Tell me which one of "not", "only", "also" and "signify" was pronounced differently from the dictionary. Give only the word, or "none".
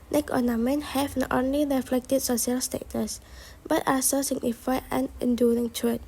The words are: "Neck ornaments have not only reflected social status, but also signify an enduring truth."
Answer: also